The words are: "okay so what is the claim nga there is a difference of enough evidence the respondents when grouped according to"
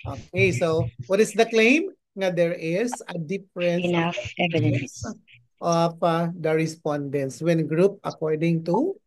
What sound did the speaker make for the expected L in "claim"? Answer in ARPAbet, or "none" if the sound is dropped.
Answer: L